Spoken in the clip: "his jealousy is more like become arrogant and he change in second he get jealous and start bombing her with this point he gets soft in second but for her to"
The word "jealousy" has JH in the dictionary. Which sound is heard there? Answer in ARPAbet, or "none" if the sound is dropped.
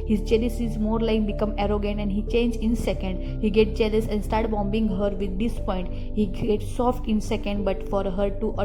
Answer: CH